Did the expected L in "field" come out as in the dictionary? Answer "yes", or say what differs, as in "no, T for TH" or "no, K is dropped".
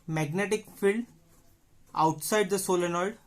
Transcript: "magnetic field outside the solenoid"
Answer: yes